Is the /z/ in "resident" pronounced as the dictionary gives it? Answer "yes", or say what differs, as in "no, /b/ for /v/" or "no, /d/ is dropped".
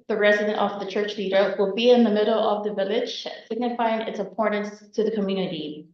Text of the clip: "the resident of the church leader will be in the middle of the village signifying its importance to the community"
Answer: yes